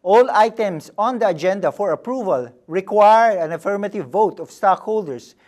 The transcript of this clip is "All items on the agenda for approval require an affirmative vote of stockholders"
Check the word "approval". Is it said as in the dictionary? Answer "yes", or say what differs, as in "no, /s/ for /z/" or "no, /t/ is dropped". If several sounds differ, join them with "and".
yes